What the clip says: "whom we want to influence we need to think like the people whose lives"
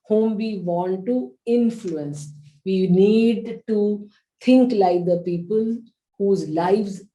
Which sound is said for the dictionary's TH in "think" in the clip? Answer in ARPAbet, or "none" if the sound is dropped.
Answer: T